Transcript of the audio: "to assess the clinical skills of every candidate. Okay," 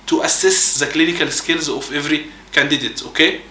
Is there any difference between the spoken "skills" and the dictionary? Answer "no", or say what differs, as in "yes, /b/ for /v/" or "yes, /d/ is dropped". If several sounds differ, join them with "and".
no